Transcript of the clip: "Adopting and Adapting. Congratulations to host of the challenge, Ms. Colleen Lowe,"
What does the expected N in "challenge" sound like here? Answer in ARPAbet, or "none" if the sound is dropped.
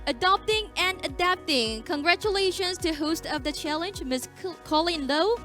N